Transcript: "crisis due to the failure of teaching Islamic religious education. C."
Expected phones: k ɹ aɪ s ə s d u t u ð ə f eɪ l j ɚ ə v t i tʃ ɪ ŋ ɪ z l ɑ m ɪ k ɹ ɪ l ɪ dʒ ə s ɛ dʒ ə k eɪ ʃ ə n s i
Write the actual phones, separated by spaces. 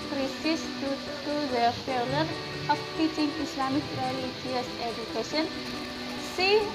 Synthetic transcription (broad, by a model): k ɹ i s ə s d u t u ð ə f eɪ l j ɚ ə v t i tʃ ɪ ŋ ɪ s l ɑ m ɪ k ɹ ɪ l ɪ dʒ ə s ɛ dʒ ə k eɪ ʃ ə n s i